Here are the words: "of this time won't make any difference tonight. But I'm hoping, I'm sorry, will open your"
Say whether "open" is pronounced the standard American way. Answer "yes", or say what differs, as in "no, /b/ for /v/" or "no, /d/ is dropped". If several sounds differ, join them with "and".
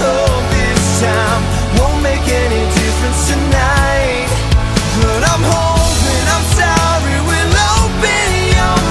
no, /b/ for /p/